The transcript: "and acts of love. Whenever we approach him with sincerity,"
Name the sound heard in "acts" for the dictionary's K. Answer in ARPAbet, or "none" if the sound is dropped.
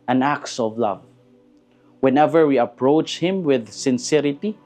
K